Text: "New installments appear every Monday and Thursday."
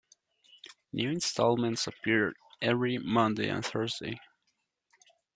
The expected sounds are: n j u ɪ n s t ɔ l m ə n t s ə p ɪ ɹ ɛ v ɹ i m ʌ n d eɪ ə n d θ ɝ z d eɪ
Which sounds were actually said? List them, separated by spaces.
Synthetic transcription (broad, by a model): n j u ɪ n s t ɔ l m ə n t s ə p ɪ ɹ ɛ v ɹ i m ʌ n d eɪ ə n θ ɝ z d eɪ